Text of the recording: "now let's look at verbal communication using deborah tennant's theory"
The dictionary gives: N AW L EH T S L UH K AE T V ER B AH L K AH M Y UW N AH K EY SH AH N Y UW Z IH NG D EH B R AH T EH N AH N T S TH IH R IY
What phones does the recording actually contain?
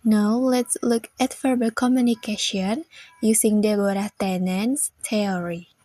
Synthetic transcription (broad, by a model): N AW L EH T S L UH K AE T F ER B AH K AH M Y UW N AH K EY SH AH N Y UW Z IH NG D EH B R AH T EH N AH N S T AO R IY